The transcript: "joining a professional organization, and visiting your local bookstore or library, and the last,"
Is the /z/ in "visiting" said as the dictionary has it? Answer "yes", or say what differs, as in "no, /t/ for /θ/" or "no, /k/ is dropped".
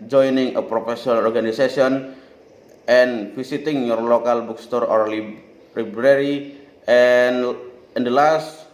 no, /s/ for /z/